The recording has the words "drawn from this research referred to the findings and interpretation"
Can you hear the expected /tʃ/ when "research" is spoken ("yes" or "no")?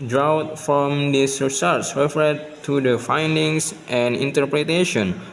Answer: no